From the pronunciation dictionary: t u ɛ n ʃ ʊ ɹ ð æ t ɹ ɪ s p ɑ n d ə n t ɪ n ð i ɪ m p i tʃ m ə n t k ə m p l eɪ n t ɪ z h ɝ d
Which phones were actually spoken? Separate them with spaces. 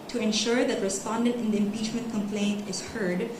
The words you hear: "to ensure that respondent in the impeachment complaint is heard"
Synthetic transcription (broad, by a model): t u ɛ n ʃ ʊ ɹ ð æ t ɹ ɪ s p ɑ n d ə n t ɪ n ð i ɪ m p i tʃ m ə n t k ə m p l eɪ n t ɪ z h ɝ d